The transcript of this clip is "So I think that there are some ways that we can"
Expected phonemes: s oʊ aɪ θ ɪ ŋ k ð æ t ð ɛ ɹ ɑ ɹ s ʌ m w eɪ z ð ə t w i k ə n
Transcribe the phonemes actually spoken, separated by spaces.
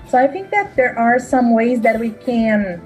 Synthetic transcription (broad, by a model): s oʊ aɪ θ ɪ ŋ k ð æ t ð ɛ ɹ ɑ ɹ s ʌ m w eɪ z ð ə t w i k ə n